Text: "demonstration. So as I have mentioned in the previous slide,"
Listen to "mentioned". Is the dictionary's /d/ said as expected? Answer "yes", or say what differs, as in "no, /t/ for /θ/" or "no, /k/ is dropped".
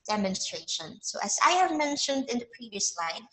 yes